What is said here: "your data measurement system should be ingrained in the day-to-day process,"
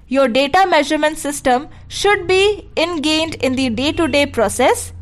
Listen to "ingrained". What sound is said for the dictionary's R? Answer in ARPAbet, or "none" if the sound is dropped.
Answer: none